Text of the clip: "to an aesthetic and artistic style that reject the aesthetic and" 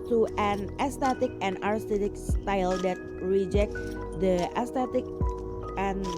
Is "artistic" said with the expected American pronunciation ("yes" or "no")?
no